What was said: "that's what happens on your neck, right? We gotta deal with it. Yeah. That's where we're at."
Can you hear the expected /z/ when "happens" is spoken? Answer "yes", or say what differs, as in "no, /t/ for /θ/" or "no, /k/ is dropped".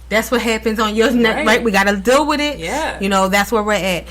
yes